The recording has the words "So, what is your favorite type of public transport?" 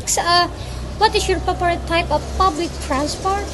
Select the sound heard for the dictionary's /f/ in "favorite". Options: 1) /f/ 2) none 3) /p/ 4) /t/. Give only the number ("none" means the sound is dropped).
3